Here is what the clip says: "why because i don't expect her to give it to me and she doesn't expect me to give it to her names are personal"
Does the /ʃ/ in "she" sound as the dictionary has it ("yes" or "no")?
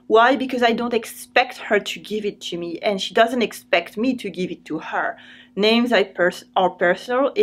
yes